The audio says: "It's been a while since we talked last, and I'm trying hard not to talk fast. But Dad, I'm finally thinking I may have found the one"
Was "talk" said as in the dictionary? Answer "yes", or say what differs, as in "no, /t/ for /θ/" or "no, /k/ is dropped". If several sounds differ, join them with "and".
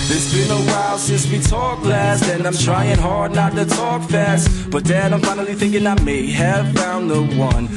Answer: yes